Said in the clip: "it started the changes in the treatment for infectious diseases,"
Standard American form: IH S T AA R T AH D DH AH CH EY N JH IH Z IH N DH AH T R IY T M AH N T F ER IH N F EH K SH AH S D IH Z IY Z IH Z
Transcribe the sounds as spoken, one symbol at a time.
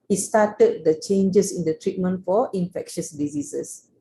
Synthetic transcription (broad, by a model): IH S T AA T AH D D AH CH EY N JH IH S IH N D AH T R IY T M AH N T F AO IH N F EH K SH AH S D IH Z IY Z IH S